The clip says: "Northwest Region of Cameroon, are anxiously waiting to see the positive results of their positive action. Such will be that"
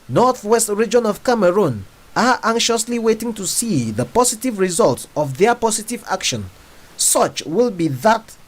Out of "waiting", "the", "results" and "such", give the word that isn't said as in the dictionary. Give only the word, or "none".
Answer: none